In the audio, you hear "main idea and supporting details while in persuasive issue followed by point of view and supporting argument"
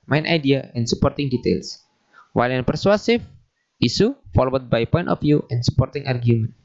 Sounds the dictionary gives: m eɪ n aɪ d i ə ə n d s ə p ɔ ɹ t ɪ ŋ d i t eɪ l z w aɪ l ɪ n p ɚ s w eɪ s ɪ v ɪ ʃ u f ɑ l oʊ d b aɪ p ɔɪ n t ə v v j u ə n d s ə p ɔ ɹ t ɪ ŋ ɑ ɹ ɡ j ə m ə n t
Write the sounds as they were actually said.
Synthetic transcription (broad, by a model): m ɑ n aɪ d i ə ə n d s ə p ɔ ɹ t ɪ ŋ d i t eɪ l s w aɪ l ɪ n p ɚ s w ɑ s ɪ f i s u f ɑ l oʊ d b aɪ p ɔɪ n t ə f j u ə n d s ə p ɔ ɹ t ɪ ŋ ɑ ɹ ɡ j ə m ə n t